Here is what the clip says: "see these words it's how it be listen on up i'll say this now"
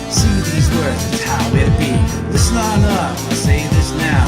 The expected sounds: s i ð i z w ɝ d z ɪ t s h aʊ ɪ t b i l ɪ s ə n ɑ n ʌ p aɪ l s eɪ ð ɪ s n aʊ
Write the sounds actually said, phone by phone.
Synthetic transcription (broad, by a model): s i ð i z w ɝ d z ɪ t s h aʊ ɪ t b i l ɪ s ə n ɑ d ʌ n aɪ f s eɪ ð ɪ s n aʊ